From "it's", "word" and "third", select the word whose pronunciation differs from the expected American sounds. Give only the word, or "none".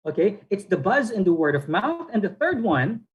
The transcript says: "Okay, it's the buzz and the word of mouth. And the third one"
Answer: none